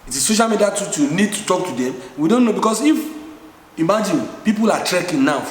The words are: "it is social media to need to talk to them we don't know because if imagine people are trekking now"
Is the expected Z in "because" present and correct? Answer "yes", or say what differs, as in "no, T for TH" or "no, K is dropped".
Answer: no, S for Z